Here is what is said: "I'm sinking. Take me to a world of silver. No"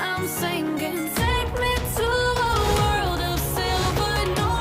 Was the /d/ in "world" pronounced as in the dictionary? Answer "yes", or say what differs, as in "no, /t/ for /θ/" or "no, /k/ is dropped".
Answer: yes